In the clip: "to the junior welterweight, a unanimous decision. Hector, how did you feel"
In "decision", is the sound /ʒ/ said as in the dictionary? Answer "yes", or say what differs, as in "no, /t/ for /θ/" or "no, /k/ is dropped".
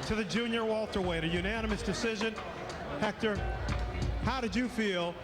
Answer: yes